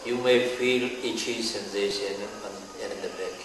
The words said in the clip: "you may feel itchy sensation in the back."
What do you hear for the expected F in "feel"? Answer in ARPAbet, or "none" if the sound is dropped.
F